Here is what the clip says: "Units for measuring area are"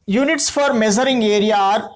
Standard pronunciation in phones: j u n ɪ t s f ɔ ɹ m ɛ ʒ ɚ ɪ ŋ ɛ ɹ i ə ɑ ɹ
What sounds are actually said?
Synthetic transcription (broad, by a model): j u n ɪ t s f ɔ ɹ m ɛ z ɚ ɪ ŋ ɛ ɹ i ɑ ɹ